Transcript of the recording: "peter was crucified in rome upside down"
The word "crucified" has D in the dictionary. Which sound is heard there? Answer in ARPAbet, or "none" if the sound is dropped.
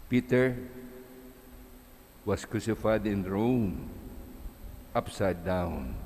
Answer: D